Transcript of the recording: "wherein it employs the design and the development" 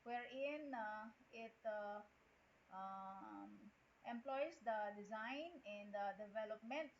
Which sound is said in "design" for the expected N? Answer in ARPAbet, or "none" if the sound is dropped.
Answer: N